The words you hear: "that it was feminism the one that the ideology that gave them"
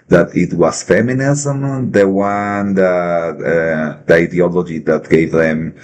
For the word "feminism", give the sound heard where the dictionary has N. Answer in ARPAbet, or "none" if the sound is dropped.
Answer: N